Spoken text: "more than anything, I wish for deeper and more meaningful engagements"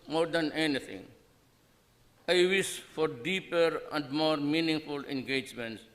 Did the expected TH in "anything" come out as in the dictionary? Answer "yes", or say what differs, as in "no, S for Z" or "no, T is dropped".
no, T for TH